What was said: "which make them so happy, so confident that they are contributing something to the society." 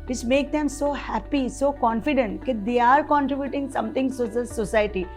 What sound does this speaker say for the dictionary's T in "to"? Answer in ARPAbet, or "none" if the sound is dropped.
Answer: S